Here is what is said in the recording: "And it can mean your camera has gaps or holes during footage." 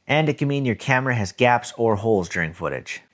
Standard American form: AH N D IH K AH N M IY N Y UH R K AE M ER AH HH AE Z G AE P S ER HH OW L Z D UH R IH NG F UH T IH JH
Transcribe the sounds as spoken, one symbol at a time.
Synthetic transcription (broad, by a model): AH N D IH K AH M IY N Y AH R K AE M ER AH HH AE Z G AE P S ER HH OW L Z D UH R IH NG F UH T IH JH